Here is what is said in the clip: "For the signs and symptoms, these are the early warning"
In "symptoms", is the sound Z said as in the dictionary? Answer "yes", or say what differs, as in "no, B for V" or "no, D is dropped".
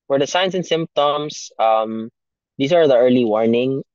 no, S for Z